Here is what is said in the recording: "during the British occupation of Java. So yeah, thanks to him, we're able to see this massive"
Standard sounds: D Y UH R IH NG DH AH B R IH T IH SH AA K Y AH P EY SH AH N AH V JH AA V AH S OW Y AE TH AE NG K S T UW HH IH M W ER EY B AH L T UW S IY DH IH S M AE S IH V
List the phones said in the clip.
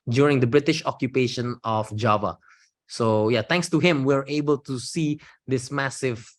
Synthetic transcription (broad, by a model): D Y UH R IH NG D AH B R IH T IH SH AA K Y AH P EY SH AH N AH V JH AA V AH S OW Y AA T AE NG K S T UW HH IH M W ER EY B AH L T UW S IY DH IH S M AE S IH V